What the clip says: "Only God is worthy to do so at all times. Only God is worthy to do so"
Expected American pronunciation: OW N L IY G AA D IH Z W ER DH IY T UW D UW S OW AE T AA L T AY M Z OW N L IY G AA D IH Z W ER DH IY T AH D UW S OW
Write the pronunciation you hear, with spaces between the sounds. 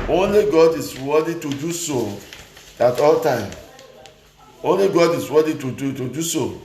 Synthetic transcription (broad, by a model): OW N L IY G AA D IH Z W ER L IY T UW D UW S OW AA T AA L T AY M OW N L IY G AA D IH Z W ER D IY T AH D UW S OW